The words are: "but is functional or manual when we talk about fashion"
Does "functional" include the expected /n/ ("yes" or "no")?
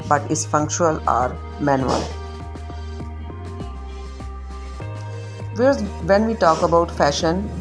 no